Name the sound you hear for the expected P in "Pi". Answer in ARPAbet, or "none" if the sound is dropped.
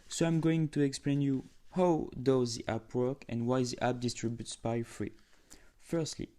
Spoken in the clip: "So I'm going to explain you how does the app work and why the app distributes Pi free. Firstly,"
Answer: B